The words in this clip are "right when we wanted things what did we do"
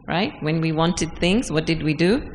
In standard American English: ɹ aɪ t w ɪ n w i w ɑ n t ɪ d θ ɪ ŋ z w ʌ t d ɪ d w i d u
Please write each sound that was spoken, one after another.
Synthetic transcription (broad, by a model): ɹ aɪ t w ɪ n w i w ɑ n t ɪ d θ ɪ ŋ z w ʌ t d ɪ d w i d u